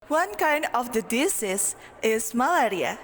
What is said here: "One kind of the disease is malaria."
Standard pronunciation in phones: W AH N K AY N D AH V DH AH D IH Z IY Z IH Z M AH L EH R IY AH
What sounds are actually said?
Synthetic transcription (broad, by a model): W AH N K AY N D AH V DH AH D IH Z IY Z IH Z M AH L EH R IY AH